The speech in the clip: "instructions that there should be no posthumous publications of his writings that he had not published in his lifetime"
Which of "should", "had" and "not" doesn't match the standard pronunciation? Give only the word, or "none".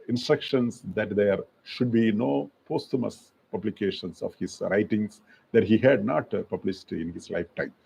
none